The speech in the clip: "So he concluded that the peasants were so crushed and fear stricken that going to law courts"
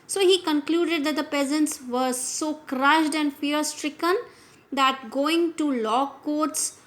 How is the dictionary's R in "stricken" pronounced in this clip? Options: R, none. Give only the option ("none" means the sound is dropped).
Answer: R